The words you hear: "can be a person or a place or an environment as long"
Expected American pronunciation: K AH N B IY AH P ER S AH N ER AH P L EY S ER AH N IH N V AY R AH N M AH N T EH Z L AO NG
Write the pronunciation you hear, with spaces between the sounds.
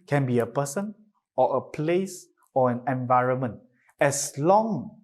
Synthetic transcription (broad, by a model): K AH N B IY AH P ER S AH N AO AH P L EY S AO AH N IH N V AY R AH N M AH N T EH S L AO NG